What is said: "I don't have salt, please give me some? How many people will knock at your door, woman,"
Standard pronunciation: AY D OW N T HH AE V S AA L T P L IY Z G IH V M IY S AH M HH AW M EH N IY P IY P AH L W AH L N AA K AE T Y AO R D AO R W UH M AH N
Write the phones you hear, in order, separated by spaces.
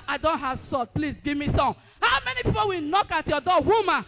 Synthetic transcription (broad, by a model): AY D OW N T HH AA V S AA T P L IY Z G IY V M IY S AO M HH AW M EH N IY P IY P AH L W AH N AA K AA T Y AO D AO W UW M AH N